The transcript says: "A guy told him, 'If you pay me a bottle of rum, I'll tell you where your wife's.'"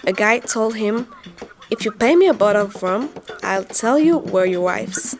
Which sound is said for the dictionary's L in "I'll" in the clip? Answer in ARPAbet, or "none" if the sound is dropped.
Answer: L